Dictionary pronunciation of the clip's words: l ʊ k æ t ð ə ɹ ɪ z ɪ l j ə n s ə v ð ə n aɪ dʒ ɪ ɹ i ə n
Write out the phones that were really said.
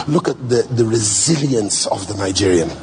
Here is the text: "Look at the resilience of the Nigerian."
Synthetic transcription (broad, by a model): l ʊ k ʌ t ð ə ɹ ɪ z ɪ l j ə n s ə v ð ə n aɪ dʒ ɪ ɹ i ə n